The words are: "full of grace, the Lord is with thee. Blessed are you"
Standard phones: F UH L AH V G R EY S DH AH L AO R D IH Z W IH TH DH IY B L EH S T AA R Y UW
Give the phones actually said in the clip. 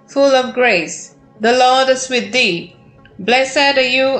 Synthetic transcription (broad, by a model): F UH L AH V G R EY S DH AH L AO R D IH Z W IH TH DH IY B L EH S EH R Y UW